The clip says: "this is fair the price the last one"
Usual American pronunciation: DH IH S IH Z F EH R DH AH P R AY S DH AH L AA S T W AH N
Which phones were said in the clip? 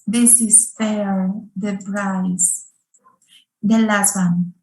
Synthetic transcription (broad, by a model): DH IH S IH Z F EH R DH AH B R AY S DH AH L AA S T W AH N